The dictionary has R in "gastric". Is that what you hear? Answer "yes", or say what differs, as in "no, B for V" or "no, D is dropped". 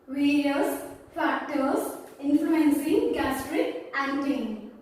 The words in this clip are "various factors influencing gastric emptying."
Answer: yes